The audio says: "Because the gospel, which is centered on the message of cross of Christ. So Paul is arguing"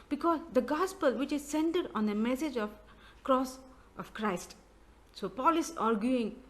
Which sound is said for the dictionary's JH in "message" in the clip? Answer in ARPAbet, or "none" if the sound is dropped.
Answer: JH